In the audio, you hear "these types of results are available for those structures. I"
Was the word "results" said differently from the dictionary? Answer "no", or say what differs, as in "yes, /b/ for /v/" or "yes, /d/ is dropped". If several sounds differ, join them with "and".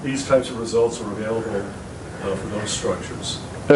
no